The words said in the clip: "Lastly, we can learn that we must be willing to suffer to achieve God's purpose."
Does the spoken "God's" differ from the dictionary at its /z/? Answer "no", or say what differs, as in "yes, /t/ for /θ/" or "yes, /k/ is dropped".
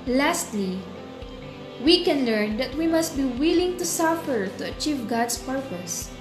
yes, /s/ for /z/